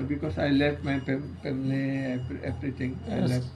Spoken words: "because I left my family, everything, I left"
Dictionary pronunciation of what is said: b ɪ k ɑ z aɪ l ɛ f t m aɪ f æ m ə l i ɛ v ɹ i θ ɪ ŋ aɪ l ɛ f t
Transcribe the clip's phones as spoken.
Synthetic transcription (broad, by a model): b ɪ k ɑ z aɪ l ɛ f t m aɪ p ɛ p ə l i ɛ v ɹ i t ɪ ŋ aɪ l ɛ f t